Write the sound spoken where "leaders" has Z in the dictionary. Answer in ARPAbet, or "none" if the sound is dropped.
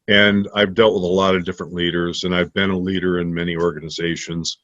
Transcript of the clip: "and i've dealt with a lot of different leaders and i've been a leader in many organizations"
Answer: Z